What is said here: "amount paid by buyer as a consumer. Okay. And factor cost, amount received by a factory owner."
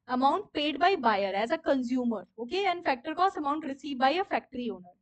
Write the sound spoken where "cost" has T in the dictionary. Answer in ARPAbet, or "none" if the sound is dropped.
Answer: none